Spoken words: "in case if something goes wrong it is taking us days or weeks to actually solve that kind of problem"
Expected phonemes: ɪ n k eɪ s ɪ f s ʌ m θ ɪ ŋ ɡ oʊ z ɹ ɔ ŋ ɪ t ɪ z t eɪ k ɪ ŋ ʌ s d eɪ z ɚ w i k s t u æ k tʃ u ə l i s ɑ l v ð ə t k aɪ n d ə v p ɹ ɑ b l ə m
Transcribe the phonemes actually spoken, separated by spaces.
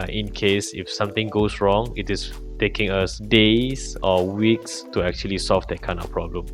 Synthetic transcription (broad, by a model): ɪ n k eɪ s ɪ f s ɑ m t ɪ ŋ ɡ oʊ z ɹ ɔ ŋ ɪ t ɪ s t eɪ k ɪ ŋ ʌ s d eɪ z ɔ w i k s t u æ k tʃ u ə l i s ɑ l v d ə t k aɪ n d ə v p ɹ ɑ b l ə m